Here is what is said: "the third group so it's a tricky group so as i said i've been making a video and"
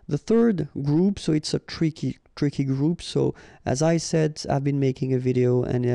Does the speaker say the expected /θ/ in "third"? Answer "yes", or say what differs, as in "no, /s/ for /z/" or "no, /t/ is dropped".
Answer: yes